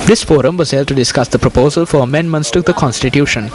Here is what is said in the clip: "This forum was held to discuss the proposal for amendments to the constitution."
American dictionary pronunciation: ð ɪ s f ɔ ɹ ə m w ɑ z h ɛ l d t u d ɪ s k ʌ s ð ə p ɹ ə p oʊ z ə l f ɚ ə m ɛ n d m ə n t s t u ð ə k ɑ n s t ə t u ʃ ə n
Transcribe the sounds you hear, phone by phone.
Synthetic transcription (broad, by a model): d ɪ s f ɔ ɹ ə m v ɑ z h ɛ l d t u d ɪ s k ʌ s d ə p ɹ ə p oʊ z ə l f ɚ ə m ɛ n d m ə n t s t u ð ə k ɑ n s t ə t u ʃ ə n